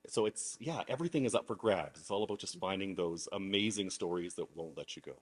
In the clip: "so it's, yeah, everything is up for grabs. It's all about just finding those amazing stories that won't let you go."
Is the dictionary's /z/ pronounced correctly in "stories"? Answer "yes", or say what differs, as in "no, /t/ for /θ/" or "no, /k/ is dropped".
yes